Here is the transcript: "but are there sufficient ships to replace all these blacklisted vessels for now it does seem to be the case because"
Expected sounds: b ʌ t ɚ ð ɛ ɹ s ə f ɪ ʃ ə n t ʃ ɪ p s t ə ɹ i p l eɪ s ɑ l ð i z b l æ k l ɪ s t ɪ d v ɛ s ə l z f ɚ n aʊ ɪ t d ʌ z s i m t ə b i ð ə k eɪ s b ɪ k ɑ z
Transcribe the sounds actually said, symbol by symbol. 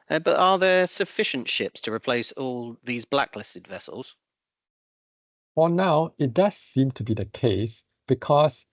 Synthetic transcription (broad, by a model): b ʌ t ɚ ð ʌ s ə f ɪ ʃ ə n t ʃ ɪ p s t ə ɹ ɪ p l eɪ s ɑ l ð i z b l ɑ k l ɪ s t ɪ d v ɛ s ə l z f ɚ n aʊ ɪ t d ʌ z s i m t ə b i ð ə k eɪ s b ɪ k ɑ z